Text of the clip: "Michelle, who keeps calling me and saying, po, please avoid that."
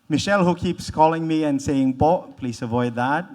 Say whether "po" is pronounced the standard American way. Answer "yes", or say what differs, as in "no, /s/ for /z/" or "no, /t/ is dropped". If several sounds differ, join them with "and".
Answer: no, /b/ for /p/